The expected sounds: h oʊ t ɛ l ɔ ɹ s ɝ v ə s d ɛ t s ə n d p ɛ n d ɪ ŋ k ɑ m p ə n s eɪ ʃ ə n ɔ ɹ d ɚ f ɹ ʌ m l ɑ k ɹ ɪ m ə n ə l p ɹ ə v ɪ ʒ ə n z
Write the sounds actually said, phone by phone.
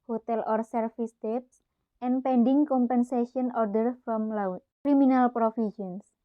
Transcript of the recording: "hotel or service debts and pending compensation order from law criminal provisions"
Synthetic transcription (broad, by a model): h oʊ t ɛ l ɔ ɹ s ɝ f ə s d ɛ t s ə n p ɛ n d ɪ ŋ k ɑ m p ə n s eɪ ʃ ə n ɔ ɹ d ɚ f ɹ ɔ m l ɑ k ɹ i m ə n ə l p ɹ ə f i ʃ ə n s